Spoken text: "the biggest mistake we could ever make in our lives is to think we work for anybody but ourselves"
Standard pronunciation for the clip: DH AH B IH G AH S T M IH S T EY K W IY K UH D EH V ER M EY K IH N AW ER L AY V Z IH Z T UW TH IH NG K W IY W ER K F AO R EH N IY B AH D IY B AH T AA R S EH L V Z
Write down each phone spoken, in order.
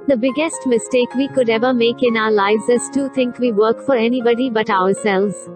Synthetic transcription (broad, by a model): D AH B IH G AH S T M IH S T EY K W IY K UH D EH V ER M EY K IH N AW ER L AY V Z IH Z T UW T IH NG K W IY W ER K F AO R EH N IY B AH D IY B AH T AA R S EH L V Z